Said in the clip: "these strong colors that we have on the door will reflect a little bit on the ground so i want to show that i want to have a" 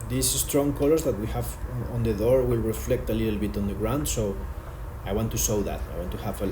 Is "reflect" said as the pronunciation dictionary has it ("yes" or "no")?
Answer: yes